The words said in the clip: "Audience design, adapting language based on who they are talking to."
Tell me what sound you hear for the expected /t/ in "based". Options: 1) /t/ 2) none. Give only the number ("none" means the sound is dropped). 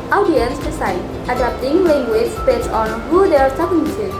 2